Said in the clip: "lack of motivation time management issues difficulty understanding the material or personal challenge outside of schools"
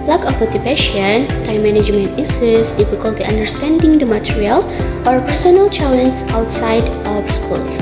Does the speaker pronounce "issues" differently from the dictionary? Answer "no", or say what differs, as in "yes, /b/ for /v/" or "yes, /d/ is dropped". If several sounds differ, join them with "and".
yes, /s/ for /ʃ/ and /s/ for /z/